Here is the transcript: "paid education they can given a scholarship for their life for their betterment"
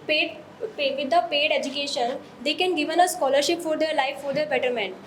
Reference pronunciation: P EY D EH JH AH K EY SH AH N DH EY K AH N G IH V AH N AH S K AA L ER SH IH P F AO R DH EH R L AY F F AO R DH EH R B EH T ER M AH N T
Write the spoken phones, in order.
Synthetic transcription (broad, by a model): P EY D EH JH AH K EY SH AH N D EY K AH N G IH V AH N AH S K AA L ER SH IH P F AO R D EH R L AY F F AO R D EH R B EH T ER M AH N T